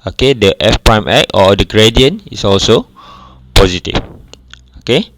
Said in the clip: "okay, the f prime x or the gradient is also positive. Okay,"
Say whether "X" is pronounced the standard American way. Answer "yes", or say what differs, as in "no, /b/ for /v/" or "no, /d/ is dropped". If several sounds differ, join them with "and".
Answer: no, /s/ is dropped